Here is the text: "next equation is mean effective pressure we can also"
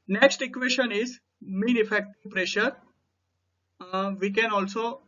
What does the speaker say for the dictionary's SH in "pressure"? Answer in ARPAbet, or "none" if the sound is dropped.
SH